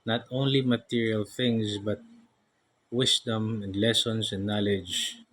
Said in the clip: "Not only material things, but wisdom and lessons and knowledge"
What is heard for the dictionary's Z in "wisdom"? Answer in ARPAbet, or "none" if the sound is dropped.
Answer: S